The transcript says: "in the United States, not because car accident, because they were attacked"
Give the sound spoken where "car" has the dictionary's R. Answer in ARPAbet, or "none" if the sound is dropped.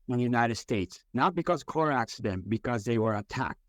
R